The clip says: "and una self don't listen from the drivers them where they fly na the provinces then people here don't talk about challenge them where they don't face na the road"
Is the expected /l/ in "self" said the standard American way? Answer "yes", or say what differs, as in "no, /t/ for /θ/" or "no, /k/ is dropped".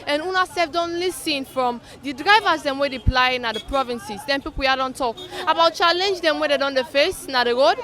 no, /l/ is dropped